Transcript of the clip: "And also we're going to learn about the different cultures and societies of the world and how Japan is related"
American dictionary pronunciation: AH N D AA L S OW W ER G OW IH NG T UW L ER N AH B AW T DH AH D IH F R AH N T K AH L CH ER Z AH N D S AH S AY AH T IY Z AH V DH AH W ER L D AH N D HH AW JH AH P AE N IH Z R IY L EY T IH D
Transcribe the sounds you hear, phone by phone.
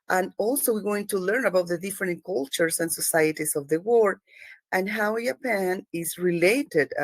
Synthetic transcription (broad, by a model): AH N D AA L S OW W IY G OW IH NG T UW L ER N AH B AW T DH AH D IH F R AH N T K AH L CH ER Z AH N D S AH S AY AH T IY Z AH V DH AH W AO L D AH N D HH AW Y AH P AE N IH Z R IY L EY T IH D